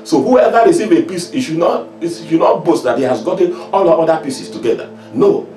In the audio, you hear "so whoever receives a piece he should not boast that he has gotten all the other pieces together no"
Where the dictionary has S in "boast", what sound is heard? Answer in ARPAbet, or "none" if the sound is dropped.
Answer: S